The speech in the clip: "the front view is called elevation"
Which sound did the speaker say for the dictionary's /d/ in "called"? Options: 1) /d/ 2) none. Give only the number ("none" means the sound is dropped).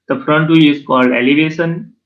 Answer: 1